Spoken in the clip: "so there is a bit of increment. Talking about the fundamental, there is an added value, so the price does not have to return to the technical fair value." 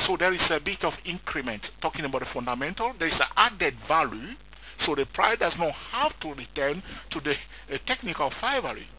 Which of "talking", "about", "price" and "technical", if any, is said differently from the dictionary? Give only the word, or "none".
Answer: price